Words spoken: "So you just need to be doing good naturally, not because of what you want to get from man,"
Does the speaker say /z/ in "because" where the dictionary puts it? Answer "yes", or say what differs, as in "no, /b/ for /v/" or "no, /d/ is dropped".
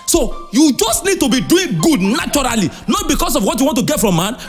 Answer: no, /s/ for /z/